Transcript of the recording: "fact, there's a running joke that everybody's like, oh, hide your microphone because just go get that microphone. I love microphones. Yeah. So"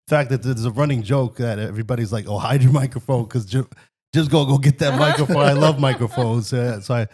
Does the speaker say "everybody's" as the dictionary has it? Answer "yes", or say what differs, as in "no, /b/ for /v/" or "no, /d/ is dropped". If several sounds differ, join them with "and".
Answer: yes